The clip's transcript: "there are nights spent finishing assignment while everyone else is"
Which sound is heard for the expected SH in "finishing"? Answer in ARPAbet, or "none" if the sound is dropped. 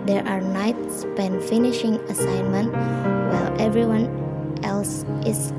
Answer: SH